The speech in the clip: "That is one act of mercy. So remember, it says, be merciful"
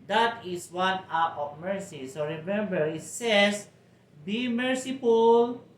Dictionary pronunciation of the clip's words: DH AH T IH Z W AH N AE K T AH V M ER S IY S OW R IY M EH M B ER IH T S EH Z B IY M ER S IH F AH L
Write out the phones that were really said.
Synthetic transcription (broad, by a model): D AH T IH S W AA N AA T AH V M ER S IY S OW R IY M EH M B ER IH T S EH S B IY M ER S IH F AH L